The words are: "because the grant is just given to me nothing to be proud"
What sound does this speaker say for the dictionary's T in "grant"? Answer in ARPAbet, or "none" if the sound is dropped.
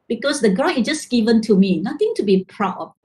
none